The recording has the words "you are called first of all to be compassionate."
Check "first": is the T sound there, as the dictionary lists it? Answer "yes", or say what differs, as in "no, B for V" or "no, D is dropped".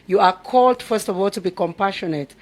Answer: yes